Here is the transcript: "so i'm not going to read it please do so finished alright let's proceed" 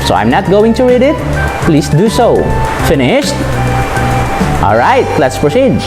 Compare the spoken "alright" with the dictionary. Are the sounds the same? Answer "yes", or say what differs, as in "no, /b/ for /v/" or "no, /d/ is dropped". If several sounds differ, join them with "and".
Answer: yes